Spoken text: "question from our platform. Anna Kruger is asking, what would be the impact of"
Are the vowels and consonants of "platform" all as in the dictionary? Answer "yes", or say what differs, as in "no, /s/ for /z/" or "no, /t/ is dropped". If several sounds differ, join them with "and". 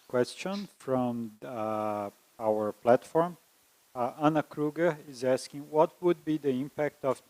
yes